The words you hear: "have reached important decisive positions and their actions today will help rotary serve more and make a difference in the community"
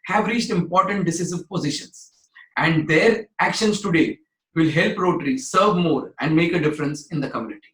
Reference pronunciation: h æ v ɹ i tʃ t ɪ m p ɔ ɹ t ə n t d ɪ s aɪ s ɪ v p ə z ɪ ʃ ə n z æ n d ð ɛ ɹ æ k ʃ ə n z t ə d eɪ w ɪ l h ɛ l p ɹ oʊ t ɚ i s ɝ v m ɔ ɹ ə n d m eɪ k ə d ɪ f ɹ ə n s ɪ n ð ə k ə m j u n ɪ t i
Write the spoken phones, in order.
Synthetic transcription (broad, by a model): h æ v ɹ i tʃ t ɪ m p ɔ ɹ t ə n t d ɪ s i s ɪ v p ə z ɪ ʃ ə n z æ n d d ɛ ɹ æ k ʃ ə n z t ə d eɪ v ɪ l h ɛ l p ɹ oʊ t ɚ i s ɝ v m ɔ ɹ ə n d m eɪ k ə d ɪ f ɹ ə n s ɪ n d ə k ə m j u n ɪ t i